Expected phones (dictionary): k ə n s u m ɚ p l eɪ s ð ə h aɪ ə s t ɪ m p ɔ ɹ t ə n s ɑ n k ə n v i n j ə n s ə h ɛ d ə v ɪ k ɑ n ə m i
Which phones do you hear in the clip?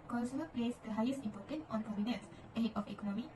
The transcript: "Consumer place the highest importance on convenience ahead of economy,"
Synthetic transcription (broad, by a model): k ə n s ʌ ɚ p l eɪ s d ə h aɪ ə s t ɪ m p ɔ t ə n ɑ n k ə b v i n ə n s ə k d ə f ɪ k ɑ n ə m i